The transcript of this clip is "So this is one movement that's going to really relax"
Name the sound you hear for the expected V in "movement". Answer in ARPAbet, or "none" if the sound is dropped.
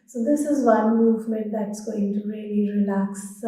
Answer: V